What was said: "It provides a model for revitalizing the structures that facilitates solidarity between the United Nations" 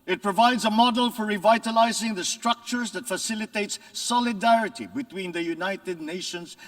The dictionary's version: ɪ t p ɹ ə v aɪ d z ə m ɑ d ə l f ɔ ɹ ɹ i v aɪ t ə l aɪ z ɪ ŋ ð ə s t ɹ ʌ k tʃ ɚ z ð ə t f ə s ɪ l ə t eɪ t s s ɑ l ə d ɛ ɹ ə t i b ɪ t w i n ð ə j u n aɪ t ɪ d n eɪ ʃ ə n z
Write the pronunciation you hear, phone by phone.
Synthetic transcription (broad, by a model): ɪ t p ɹ ə v aɪ d z ə m ɑ d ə l f ɔ ɹ ɹ i v aɪ t ə l aɪ z ɪ ŋ ð ə s t ɹ ʌ k tʃ ɚ z ð ə t f ə s ɪ l ə t eɪ t s s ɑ l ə d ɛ ɹ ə t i b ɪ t w i n ð ə j u n aɪ t ɪ d n eɪ ʃ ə n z